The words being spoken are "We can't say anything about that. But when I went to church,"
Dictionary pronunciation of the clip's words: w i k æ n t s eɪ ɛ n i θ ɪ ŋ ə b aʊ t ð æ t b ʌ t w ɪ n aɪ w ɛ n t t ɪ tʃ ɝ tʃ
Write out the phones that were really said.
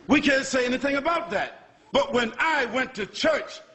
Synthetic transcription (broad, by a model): w i k æ n t s eɪ ɛ n i θ ɪ ŋ ə b aʊ t ð æ t b ʌ t w ɪ n aɪ w ɛ n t t ɪ tʃ ɝ tʃ